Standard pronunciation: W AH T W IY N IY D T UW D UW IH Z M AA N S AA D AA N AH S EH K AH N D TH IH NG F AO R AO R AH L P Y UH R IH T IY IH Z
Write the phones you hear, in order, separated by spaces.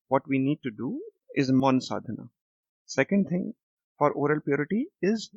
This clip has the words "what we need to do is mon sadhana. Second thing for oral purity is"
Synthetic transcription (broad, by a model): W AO T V IY N IY D T UW D UW IH Z M AA N S AA D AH N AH S EH K AH N D T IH NG F AO R AO R AH L P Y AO R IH T IY IH Z